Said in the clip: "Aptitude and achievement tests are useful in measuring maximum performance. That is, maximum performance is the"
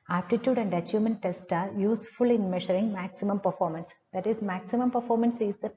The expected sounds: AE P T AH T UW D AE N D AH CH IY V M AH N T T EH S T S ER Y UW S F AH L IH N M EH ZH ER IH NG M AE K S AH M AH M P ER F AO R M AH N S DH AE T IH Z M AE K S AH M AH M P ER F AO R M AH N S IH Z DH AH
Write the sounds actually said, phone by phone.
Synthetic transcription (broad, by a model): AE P T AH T UW D AE N D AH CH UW M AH N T T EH S T ER Y UW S F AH L IH N M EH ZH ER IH NG M AE K S AH M AH M P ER F AO R M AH N S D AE T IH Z M AE K S AH M AH M P ER F AO R M AH N S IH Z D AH